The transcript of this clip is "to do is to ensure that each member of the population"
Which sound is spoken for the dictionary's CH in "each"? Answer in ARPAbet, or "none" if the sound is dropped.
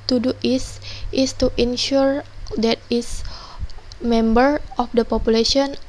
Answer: S